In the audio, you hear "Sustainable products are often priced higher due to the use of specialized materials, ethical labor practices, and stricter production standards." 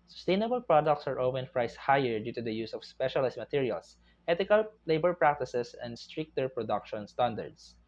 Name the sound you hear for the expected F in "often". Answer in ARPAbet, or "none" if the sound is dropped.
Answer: P